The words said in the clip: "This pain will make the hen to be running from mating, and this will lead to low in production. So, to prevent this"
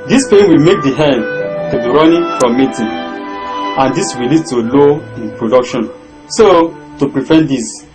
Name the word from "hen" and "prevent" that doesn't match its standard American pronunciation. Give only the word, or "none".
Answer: prevent